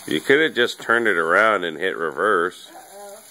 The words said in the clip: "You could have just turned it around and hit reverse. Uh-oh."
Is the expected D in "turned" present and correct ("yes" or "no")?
no